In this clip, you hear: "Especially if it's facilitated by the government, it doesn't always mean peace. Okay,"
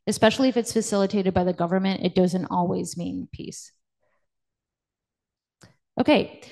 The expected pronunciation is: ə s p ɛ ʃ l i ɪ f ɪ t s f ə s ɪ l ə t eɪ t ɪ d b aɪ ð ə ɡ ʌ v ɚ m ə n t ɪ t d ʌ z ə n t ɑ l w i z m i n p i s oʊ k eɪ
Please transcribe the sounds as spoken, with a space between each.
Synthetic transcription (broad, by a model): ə s p ɛ ʃ l i ɪ f ɪ t s f ə s ɪ l ə t eɪ t ɪ d b aɪ ð ə ɡ ʌ v ɚ m ə n t ɪ t d ʌ z ə n t ɑ l w i z m i n p i s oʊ k eɪ